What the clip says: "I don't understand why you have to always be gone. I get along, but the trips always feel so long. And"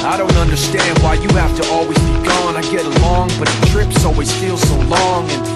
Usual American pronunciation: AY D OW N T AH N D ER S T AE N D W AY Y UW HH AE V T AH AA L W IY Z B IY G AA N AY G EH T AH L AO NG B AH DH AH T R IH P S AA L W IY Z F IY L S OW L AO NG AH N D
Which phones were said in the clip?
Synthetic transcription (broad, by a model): AY D OW N T AH N D ER S T AE N D W AY Y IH HH AE F T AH AA L W IY Z B IY G AA N AY G EH T AH L AO NG B AH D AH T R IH P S AA L W IY Z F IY L S OW L AO NG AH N